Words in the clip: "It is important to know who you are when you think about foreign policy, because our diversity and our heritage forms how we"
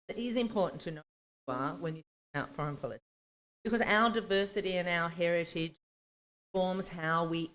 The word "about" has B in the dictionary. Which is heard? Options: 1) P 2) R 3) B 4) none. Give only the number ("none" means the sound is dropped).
4